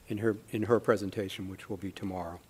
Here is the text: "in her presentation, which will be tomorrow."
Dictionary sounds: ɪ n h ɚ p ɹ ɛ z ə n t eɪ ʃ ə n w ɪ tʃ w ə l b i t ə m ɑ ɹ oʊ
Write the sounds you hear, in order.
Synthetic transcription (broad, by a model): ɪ n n ɚ p ɹ ɛ z ə n t eɪ ʃ ə n w ɪ tʃ w ə l b i t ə m ɑ ɹ oʊ